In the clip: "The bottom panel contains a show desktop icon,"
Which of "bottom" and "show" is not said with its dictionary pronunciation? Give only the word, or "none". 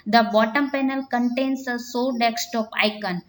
show